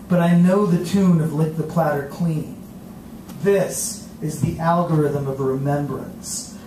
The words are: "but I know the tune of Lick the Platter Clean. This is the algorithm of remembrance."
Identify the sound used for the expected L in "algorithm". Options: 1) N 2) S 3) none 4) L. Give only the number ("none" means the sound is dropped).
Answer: 4